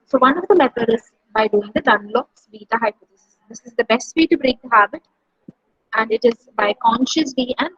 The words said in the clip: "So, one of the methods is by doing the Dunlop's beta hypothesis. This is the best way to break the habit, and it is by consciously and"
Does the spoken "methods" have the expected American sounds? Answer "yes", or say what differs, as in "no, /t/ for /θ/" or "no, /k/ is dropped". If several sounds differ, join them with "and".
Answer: no, /t/ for /θ/ and /z/ is dropped